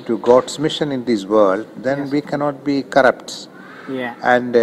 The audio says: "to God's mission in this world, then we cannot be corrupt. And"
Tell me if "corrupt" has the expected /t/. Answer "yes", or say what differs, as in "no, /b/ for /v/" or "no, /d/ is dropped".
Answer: yes